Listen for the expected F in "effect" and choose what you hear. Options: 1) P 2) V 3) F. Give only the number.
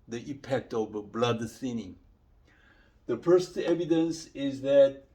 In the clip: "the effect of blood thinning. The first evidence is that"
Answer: 1